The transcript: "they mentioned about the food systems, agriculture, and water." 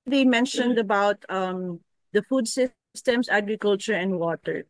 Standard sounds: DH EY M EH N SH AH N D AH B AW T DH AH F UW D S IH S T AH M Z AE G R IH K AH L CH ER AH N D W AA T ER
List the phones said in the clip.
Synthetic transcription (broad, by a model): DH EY M EH N SH AH N D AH B AW T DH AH F UW D S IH S T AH M S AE G R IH K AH L CH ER AH N D W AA T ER